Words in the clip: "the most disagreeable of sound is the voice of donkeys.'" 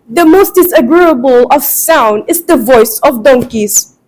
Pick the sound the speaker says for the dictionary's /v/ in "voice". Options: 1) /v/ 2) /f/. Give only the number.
1